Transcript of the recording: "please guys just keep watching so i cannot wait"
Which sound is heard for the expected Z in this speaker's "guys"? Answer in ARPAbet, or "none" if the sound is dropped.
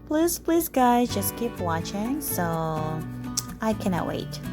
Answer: Z